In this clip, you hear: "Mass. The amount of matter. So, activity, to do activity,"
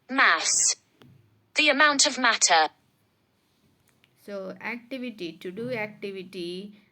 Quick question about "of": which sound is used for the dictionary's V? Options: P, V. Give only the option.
V